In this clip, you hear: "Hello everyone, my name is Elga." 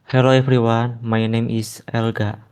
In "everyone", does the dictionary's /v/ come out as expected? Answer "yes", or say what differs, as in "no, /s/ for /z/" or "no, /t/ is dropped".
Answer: no, /f/ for /v/